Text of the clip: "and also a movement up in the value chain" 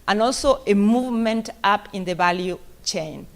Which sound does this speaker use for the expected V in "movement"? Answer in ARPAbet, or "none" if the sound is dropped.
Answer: V